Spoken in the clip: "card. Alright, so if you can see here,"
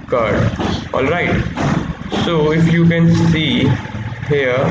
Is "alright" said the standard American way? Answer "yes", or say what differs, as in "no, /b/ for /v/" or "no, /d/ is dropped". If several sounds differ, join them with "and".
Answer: yes